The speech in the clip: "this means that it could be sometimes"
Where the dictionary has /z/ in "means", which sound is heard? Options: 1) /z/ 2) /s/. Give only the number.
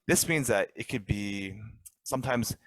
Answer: 1